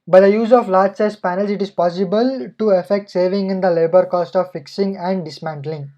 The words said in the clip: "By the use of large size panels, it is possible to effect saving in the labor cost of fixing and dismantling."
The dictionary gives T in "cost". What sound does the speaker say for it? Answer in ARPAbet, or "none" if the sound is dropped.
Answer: T